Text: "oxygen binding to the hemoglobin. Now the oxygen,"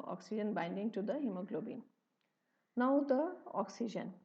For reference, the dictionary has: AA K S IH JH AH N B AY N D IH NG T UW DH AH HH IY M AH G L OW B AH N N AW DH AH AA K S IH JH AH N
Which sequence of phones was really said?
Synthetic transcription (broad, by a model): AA K S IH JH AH N B AY N D IH NG T UW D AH HH IY M AH G L OW B AH N N AW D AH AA K S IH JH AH N